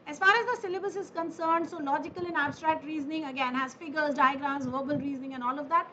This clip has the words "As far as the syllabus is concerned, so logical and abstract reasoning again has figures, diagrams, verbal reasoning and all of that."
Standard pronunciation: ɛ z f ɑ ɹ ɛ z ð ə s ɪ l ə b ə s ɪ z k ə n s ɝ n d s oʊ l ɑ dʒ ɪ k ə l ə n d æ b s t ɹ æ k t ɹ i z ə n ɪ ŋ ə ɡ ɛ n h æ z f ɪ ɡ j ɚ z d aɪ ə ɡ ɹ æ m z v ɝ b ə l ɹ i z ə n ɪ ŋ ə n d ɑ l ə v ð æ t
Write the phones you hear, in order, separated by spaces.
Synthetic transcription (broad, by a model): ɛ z f ɑ ɹ ɛ z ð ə s ɪ l ə b ə s ɪ z k ə n s ɝ n d s oʊ l ɑ dʒ ɪ k ə l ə n æ b s t ɹ æ k t ɹ i z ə n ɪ ŋ ə ɡ ɛ n h æ z f ɪ ɡ ɚ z d aɪ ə ɡ ɹ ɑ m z v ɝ b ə l ɹ i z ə n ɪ ŋ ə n ɑ l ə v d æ t